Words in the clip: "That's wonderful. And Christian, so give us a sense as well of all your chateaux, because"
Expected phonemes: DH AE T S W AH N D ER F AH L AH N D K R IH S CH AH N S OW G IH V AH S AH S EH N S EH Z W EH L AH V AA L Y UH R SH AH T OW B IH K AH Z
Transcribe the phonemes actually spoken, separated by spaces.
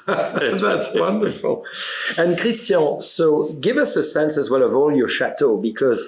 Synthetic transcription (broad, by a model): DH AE T S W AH N D ER F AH L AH N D K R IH S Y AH S OW G IH V AH S AH S EH N S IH Z W EH L AH V AA L Y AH R SH AH T OW B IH K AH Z